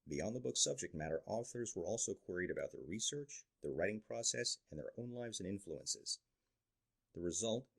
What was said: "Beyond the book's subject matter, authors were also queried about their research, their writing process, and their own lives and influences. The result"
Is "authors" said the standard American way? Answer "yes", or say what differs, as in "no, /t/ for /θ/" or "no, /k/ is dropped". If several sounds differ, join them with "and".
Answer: yes